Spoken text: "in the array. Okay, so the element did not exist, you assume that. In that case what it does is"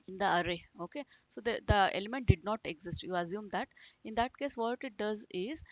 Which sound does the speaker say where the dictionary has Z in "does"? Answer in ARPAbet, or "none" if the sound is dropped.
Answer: Z